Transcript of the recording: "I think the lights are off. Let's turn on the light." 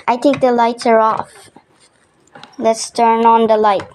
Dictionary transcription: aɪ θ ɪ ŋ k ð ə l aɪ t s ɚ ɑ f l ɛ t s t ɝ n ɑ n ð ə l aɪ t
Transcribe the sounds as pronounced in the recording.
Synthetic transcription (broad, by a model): aɪ t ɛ k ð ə l aɪ t s ɚ ɑ f l ɛ t s t ɝ n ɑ n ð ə l aɪ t